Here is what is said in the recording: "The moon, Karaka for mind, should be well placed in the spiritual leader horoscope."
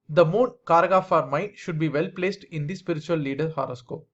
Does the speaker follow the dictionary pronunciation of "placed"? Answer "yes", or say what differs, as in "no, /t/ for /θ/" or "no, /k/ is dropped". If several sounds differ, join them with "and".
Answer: yes